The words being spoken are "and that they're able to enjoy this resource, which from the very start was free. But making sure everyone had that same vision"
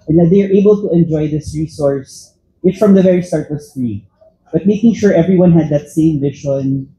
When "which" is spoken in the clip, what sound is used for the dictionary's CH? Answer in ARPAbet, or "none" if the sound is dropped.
S